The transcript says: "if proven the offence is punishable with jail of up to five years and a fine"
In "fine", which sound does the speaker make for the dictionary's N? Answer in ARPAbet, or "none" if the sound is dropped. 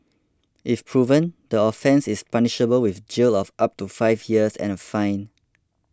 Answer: N